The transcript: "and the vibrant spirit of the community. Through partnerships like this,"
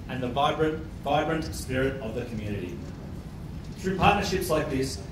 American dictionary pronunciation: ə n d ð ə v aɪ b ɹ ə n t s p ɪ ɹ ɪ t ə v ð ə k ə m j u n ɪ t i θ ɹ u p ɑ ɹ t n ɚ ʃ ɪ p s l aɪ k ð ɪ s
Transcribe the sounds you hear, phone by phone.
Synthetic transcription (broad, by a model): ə n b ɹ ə v aɪ b ɹ ə n t s p ɪ ɹ ɪ t ə v ð ə k ə m j u n ɪ t i θ ɹ u p ɑ ɹ t n ɚ ʃ ɪ p s l aɪ k ð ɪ s